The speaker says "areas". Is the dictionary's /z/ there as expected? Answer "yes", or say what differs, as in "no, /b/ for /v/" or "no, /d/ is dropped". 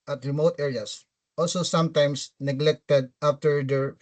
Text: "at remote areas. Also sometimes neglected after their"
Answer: no, /s/ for /z/